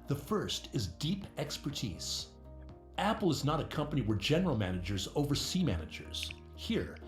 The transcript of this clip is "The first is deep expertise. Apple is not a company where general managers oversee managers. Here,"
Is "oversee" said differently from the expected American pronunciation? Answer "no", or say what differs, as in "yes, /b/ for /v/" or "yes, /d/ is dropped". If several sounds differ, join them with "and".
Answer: no